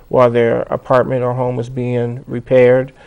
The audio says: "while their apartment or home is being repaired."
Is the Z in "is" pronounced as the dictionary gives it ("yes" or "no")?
yes